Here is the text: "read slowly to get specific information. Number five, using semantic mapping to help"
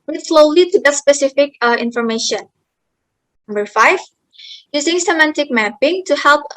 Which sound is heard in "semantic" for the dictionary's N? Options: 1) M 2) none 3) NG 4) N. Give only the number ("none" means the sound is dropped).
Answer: 4